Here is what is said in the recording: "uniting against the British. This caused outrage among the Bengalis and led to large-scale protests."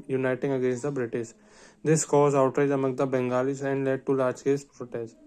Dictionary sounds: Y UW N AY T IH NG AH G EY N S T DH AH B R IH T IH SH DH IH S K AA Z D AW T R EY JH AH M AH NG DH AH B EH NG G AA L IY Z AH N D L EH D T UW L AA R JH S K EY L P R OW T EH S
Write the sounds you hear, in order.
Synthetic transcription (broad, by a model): Y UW N AY T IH NG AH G EY N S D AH B R IH T IH SH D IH S K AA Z AW T R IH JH AH M AH NG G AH B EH NG G AA L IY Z AH N D L EH D T UW L AA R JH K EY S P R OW T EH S